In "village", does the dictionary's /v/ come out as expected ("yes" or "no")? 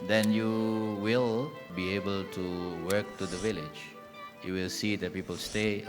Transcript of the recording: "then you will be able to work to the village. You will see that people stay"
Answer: yes